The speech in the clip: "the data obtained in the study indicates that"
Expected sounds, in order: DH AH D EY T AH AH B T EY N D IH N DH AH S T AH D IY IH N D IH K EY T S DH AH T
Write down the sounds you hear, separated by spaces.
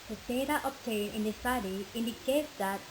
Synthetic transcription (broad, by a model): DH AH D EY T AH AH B T EY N IH N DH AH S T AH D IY IH N D IH K EY T S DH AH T